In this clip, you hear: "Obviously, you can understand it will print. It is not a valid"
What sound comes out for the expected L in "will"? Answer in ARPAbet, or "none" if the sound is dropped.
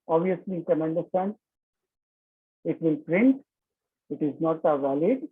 N